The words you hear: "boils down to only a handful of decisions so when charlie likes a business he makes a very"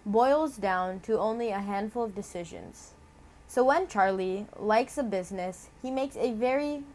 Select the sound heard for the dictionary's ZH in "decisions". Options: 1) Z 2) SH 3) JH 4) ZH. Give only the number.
4